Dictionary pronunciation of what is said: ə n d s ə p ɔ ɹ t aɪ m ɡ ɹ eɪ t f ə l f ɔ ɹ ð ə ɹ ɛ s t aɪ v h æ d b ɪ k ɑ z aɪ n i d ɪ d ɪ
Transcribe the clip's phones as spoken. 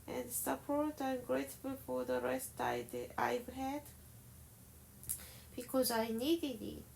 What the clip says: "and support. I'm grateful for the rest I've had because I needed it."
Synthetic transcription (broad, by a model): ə n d s ə p ɔ ɹ t aɪ m ɡ ɹ eɪ t f ə l f ɔ ɹ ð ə ɹ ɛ s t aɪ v h æ d b ɪ k ɑ z aɪ n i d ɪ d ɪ